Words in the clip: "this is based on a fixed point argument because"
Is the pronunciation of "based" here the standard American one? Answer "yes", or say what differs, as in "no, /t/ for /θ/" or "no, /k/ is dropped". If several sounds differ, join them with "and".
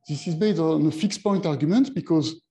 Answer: no, /s/ is dropped